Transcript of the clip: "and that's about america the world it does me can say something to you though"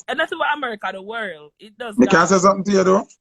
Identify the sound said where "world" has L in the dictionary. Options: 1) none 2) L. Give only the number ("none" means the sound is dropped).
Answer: 2